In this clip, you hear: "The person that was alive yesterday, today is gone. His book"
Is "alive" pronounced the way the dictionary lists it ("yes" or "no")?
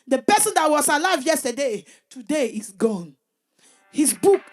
yes